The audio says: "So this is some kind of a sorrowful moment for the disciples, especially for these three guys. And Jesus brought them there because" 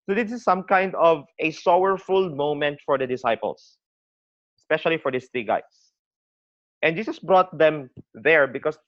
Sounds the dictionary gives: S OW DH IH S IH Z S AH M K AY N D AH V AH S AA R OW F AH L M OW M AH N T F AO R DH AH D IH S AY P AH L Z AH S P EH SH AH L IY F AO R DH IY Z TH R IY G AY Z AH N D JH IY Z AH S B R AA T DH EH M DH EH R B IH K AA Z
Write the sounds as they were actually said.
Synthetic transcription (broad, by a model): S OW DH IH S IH S AH M K AY N D AH V AH S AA W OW F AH L M OW M AH N T F AO R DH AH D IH S AY P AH L S AH S P EH SH AH L IY F AO R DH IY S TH R IY G AY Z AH N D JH IY S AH S B R AA T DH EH M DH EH R B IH K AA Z